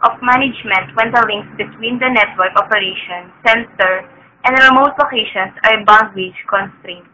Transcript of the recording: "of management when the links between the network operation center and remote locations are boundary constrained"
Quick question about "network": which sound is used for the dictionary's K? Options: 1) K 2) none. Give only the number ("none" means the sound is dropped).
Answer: 1